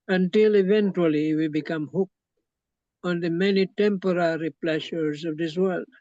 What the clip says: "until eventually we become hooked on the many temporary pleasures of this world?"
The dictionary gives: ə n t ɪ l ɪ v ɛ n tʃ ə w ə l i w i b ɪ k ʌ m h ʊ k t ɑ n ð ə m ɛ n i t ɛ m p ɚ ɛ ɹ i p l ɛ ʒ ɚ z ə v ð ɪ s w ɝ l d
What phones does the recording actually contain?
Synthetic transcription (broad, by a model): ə n t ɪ l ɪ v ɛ n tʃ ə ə l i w i b ɪ k ʌ m h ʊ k ɑ n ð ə m ɛ n i t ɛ m p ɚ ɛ ɹ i p l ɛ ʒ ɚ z ə v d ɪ s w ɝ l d